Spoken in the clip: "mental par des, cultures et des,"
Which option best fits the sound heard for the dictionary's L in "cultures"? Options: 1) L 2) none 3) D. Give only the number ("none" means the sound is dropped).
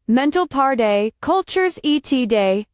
1